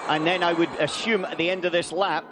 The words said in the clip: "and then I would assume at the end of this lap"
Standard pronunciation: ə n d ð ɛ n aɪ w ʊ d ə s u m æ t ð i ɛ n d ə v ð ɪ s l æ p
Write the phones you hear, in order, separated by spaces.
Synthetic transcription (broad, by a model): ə n ð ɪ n aɪ w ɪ d ə s u m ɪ t ð i ɛ n d ə v ð ɪ s l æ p